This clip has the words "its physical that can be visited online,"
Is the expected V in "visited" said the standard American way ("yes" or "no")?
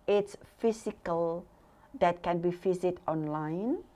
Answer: no